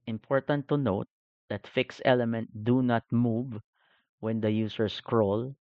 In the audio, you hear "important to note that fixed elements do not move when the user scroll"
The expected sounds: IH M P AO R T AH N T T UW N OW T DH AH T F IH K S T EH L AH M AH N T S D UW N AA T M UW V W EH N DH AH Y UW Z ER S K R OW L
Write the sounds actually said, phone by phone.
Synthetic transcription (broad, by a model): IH M P AO R T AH N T T UW N OW T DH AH T F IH K S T EH L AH M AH N T D UW N AA T M UW V W EH N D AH Y UW S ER S K R OW L